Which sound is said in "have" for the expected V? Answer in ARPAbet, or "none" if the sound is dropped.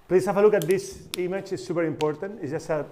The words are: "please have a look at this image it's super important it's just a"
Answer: F